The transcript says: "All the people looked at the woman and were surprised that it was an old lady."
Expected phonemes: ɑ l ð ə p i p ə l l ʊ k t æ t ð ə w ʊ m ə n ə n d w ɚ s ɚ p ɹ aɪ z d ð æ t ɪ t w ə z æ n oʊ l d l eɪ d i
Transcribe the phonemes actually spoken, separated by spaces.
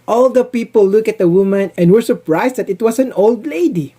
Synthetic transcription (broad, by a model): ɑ l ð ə p i p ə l l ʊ k æ t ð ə w ʊ m ə n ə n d w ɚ s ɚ p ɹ aɪ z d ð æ t ɪ t w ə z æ n oʊ l d l eɪ d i